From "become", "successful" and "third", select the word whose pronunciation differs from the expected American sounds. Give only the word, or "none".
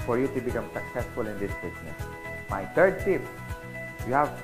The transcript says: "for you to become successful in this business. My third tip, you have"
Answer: third